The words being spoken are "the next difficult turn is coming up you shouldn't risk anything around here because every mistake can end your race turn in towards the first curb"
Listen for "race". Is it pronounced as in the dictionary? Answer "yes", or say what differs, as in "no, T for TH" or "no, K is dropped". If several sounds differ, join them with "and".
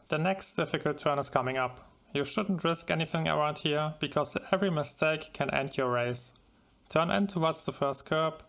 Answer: yes